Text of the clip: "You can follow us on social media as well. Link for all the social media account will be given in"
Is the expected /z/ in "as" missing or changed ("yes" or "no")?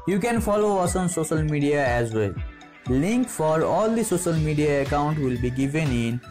no